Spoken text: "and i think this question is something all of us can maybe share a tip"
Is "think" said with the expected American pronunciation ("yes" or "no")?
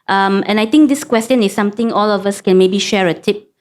no